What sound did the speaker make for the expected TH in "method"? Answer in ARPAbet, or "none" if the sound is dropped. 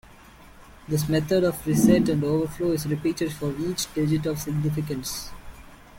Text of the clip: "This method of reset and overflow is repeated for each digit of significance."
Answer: T